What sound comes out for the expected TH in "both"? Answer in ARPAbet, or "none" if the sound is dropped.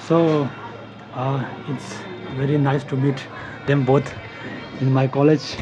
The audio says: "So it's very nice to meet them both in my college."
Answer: T